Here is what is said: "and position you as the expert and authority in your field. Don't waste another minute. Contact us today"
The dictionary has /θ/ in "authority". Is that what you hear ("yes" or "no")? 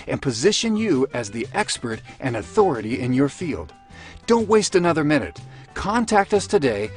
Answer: yes